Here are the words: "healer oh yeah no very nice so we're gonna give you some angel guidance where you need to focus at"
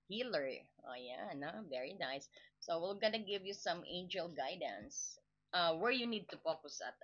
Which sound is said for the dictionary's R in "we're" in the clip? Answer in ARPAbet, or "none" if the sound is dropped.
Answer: L